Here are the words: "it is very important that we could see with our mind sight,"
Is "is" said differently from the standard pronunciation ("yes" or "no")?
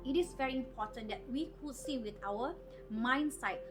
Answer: yes